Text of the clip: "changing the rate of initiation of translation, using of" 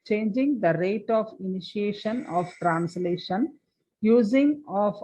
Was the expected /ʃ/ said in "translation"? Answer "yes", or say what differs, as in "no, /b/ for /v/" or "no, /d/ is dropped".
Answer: yes